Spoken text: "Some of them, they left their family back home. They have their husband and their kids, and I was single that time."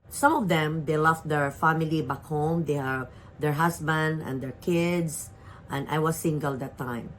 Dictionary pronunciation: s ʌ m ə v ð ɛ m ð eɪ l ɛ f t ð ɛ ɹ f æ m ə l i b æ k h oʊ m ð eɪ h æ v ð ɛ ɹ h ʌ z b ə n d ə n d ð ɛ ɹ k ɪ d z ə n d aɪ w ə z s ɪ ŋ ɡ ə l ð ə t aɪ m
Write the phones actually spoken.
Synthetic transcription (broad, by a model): s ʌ m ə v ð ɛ m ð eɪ l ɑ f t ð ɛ ɹ f æ m ə l i b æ k h oʊ m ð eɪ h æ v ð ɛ ɹ h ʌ s b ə n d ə n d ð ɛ ɹ k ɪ d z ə n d aɪ w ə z s ɪ ŋ ɡ ə l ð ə t aɪ m